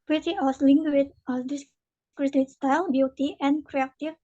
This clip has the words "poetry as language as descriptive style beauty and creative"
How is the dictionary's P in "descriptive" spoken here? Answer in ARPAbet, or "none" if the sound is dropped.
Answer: none